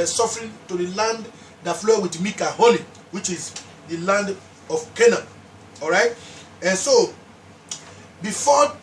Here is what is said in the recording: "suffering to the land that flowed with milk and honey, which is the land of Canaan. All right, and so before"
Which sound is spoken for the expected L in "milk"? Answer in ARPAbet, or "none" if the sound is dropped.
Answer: none